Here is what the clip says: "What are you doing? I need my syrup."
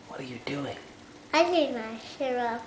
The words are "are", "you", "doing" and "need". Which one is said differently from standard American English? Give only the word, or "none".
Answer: need